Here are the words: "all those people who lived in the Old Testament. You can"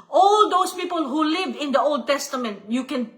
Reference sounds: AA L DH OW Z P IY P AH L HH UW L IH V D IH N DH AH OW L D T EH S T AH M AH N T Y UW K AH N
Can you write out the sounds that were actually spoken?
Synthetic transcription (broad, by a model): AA L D OW S P IY P AH L HH UW L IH V IH N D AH OW L D T EH S T AH M AH N T Y UW K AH N